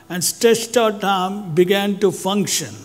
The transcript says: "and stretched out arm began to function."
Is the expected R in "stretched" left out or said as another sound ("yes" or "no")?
yes